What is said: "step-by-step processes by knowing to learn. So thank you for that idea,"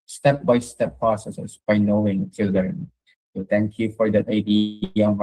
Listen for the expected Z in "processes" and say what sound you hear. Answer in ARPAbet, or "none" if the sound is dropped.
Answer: S